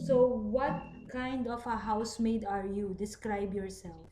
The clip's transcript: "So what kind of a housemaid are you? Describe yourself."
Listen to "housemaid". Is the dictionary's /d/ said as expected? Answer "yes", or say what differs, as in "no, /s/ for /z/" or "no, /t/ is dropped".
yes